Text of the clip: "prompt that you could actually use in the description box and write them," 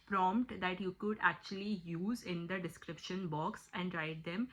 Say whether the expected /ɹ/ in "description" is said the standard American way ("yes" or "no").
yes